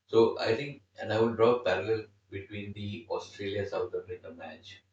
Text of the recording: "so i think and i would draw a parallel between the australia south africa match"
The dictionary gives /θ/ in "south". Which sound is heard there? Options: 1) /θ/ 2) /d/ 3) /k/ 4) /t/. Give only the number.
4